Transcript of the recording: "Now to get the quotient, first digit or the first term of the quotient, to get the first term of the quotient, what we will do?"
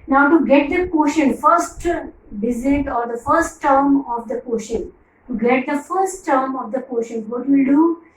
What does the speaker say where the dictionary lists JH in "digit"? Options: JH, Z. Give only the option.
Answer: Z